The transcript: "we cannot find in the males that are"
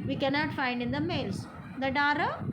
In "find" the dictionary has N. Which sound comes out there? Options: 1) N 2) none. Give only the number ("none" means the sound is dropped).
1